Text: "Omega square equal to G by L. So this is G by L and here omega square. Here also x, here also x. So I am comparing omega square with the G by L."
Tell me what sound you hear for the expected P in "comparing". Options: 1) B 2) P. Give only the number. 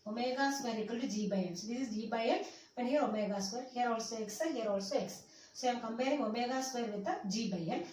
1